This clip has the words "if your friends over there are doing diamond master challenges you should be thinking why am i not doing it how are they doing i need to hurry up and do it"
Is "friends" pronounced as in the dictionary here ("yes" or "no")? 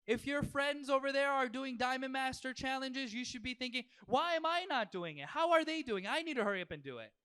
yes